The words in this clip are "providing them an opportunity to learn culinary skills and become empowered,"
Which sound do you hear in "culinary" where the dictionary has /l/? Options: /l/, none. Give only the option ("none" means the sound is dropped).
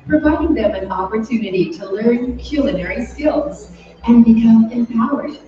/l/